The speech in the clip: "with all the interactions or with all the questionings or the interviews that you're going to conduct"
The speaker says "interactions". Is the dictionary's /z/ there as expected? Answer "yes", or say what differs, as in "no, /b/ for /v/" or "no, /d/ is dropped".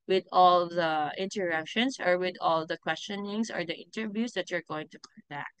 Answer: no, /s/ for /z/